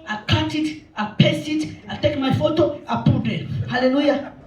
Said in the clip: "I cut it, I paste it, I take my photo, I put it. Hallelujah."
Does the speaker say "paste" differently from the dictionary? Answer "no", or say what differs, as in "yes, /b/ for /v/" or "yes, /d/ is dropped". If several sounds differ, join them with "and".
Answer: yes, /t/ is dropped